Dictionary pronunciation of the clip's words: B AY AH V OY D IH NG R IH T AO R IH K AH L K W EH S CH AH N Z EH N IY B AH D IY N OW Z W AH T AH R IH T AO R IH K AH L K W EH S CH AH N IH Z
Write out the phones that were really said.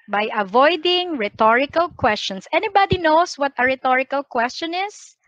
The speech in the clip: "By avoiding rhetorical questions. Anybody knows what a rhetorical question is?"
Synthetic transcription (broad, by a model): B AY AH V OY D IH NG R IH T AO R IH K AH L K W EH S CH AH N S EH N IY B AH D IY N OW S W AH T AH R IH T AO R IH K AH L K W EH S CH AH N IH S